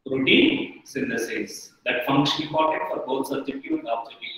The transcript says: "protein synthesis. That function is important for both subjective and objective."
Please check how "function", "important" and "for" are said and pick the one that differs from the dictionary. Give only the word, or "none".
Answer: important